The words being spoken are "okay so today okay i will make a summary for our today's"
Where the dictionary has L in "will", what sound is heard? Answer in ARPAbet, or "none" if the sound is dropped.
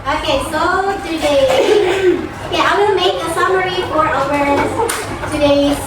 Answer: N